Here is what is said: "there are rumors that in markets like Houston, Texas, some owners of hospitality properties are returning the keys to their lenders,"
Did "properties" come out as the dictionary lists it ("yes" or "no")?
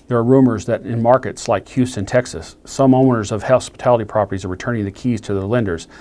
yes